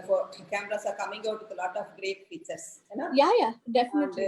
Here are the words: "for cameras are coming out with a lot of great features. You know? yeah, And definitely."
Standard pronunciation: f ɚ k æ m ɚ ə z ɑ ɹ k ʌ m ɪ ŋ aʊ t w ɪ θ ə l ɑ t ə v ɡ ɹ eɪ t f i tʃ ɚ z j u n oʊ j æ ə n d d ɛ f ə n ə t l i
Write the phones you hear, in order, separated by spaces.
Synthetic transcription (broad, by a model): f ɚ k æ m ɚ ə s ɑ ɹ k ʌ m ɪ ŋ aʊ t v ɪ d ə l ɑ t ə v ɡ ɹ eɪ t p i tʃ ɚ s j n oʊ j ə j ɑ d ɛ f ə n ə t l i